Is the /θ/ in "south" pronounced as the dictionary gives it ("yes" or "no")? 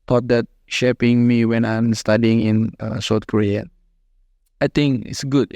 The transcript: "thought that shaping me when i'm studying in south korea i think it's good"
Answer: no